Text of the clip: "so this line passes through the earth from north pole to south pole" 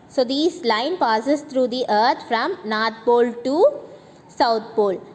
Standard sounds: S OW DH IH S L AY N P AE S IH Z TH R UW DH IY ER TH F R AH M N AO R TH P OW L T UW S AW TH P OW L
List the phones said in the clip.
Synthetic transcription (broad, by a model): S OW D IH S L AY N P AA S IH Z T R UW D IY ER T F R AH M N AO R T P OW L T UW S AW T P OW L